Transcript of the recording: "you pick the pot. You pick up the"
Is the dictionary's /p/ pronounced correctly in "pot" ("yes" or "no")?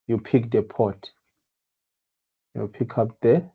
yes